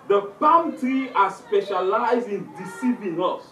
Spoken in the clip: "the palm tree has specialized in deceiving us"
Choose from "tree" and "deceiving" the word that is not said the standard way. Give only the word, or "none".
deceiving